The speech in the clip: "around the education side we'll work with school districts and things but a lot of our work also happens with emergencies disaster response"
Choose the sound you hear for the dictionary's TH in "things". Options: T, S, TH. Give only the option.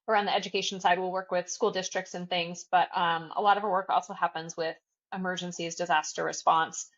TH